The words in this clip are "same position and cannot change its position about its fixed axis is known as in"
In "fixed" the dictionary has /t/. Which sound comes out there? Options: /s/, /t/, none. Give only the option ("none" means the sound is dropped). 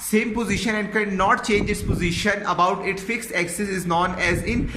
/t/